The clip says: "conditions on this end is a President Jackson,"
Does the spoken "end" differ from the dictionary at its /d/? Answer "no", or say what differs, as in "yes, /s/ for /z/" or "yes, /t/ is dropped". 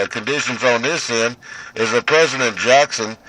yes, /d/ is dropped